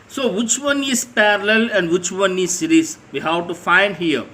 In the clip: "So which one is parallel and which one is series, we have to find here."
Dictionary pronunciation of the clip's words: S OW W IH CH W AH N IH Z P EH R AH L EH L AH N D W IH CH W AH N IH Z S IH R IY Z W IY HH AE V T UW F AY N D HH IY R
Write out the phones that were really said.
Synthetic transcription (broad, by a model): S OW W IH CH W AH N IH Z P EH R AH L EH L AH N D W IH CH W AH N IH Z S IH R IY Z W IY HH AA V T UW F AY N D HH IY R